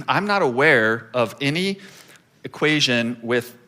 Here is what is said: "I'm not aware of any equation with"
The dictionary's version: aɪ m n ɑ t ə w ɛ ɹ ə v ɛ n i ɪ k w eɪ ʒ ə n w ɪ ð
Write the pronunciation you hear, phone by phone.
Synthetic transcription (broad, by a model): aɪ m n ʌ t ə w ɛ ɹ ə v ɛ n i ɪ k w eɪ ʒ ə n w ɪ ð